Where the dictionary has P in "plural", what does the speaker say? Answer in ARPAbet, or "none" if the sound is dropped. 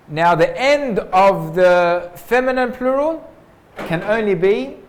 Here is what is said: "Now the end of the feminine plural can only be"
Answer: P